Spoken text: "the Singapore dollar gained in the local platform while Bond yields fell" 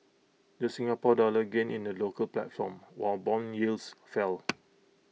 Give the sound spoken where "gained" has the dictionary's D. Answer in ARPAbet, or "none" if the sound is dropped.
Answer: none